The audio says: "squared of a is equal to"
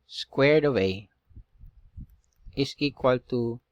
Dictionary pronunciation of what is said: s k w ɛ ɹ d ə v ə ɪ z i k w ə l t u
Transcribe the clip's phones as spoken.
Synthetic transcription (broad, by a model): s k w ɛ ɹ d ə w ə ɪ s i k w ə l t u